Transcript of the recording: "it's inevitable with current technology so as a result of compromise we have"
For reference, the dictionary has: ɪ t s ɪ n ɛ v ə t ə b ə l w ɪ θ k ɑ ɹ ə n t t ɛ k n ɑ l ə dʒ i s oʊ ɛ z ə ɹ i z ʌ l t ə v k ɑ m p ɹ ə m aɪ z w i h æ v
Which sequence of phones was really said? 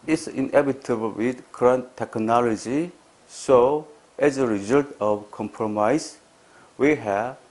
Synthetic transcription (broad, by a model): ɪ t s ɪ n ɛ b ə t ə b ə l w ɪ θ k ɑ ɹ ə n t t ɛ k n ɑ l ə dʒ i s oʊ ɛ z ə ɹ i z ʌ l t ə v k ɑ m p ɹ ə m aɪ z w i h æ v